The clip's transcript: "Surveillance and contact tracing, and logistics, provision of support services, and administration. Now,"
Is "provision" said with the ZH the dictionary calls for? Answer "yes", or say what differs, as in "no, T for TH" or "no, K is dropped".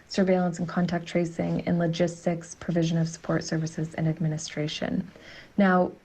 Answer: yes